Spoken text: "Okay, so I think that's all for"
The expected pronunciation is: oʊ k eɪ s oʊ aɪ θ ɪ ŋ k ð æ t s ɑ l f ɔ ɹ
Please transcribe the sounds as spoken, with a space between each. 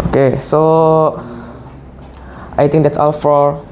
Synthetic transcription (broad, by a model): oʊ k eɪ s oʊ aɪ t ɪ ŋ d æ t s ɑ l f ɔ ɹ